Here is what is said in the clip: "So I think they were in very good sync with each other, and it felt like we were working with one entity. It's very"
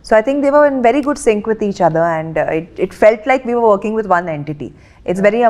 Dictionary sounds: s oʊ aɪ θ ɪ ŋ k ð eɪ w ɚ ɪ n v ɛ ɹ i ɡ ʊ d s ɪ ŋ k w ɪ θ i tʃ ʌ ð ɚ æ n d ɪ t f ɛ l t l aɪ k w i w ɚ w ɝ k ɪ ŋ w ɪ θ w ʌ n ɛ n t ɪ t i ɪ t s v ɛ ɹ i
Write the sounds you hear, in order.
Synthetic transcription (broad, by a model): s oʊ aɪ t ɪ ŋ k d eɪ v ɚ ɪ n v ɛ ɹ i ɡ ʊ d s ɪ ŋ k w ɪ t i tʃ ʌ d ɚ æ n d ɪ t f ɛ l t l aɪ k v i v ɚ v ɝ k ɪ ŋ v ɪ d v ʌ n ɛ n t ɪ t i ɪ t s v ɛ ɹ i